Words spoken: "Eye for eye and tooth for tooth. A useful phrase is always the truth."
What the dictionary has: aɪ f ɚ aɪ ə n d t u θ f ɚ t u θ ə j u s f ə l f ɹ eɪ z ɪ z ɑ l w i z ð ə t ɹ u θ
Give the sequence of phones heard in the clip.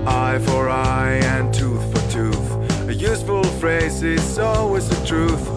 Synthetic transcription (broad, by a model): aɪ f ɚ aɪ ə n t u θ f ɚ t u θ ə j u s f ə l f ɹ eɪ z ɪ s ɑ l w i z ð ə t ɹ u θ